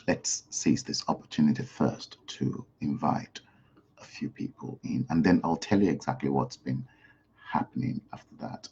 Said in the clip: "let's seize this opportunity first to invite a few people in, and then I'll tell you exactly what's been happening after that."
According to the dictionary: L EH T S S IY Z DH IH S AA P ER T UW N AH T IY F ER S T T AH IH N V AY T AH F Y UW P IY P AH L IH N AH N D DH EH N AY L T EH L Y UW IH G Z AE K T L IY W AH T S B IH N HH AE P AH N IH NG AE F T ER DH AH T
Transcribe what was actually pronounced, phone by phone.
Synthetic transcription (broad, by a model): L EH T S S IY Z DH IH S AA P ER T UW N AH T IY F ER S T T AH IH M V AY T AH F Y UW P IY P AH L IH N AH N DH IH N AY L T EH L Y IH IH G Z AE K T L IY W AH T S B IH N HH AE P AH N IH NG AE F T ER DH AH T